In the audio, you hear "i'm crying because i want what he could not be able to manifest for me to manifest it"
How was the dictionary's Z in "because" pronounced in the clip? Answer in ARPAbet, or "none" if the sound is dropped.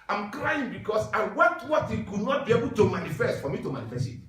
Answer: S